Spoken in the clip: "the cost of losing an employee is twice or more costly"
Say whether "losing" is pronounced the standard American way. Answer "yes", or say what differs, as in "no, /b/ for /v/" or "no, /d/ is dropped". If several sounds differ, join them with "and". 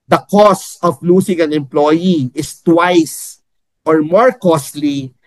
no, /s/ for /z/